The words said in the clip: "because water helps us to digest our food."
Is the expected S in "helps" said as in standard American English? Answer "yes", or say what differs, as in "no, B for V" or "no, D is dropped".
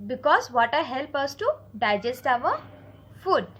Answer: no, S is dropped